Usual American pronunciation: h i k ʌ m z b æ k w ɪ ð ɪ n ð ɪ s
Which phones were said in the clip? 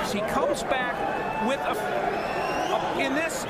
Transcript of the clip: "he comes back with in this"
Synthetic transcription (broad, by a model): h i k ʌ m z b æ k w ɪ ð ɪ n ð ɪ s